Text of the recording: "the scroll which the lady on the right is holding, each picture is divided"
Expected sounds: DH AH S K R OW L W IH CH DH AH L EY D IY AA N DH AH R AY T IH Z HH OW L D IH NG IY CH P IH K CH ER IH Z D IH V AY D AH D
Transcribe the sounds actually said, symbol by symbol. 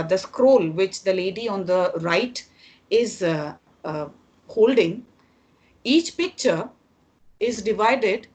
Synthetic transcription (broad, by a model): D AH S K R OW L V IH CH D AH L EY D IY AA N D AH R AY T IH Z HH OW L D IH NG IY CH P IH K CH ER IH Z D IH V AY D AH D